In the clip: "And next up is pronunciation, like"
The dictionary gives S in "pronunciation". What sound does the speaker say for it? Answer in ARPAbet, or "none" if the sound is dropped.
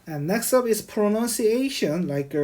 S